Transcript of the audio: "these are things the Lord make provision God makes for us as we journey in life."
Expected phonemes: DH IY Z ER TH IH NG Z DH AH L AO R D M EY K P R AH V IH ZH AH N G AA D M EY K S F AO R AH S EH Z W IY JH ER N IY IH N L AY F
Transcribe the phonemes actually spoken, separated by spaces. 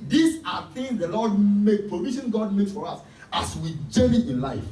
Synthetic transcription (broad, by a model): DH IY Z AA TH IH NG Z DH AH L AO D M EY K P R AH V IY SH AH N G AA D M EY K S F AO R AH S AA S W IY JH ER IY IH N L AY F